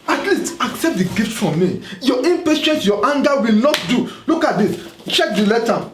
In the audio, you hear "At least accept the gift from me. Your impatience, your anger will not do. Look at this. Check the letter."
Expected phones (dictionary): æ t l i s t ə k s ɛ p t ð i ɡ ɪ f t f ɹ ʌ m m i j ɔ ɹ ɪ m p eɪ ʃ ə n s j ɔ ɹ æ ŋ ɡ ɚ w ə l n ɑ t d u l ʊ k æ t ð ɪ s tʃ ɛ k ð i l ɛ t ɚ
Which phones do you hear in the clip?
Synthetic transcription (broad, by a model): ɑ t l i s t ə k s ɛ p t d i ɡ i f t f ɹ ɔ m m i j ɔ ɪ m p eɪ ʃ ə n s j ɔ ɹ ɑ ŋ ɡ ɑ w ə l n ɑ t d u l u k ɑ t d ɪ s tʃ ɛ k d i l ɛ t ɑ